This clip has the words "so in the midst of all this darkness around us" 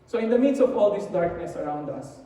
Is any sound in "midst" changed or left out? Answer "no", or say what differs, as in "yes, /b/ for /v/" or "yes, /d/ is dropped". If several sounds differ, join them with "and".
yes, /t/ is dropped